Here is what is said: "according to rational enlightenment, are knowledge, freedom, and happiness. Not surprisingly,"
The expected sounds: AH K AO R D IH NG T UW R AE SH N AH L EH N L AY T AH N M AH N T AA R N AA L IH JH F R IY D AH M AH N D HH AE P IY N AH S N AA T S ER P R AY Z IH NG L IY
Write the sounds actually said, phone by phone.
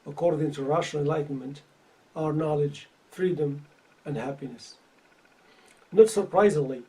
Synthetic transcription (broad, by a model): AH K AO R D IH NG T UW R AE SH AH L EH N L AY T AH N M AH N T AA R N AA L IH JH F R IY D AH M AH N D HH AE P IY N AH S N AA T S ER P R AY Z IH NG L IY